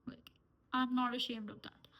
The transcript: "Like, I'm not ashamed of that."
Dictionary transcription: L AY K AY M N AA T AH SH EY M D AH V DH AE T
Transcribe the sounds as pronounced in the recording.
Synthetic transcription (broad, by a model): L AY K AY M N AA T AH SH EY M D AH V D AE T